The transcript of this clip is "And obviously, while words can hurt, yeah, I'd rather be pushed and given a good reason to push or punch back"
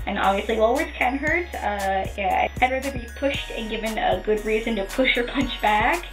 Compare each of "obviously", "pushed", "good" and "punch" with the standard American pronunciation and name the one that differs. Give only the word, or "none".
none